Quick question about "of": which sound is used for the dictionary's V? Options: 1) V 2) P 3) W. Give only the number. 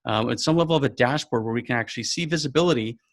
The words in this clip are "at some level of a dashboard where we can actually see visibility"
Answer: 1